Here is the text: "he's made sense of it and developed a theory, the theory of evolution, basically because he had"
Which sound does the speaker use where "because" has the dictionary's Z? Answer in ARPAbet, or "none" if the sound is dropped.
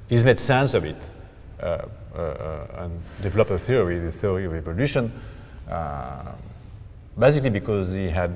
Z